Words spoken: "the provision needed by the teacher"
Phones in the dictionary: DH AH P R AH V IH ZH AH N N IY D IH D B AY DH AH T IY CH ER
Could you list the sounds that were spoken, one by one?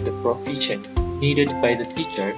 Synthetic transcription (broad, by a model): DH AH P R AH F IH SH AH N N IY D IH D B AY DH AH T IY CH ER